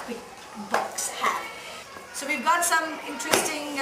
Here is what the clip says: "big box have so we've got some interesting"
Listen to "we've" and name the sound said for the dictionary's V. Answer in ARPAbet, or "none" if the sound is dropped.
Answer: V